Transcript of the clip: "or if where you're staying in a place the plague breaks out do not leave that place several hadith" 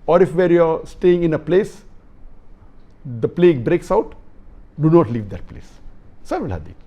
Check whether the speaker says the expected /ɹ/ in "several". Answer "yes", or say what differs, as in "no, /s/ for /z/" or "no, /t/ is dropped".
no, /ɹ/ is dropped